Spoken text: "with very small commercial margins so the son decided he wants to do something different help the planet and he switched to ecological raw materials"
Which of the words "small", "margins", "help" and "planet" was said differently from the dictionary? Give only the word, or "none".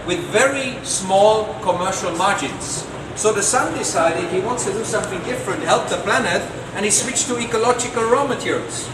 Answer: none